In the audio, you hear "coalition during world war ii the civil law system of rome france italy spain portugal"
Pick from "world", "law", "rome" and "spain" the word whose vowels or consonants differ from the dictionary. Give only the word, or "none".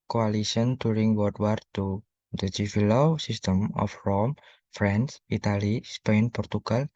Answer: world